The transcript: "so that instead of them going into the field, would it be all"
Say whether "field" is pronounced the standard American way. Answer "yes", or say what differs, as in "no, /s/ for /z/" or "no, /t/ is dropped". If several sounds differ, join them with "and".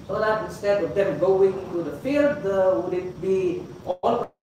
yes